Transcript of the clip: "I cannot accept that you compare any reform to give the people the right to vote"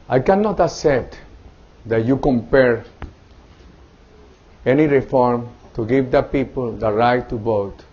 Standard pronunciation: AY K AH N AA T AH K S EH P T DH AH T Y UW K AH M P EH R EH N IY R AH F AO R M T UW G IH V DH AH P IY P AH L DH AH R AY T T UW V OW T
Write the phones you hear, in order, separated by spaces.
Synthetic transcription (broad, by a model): AY K AH N AA T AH S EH T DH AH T Y UW K AH M P EH R EH N IY R AH F AO R M T UW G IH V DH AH P IY P AH L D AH R AY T T UW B OW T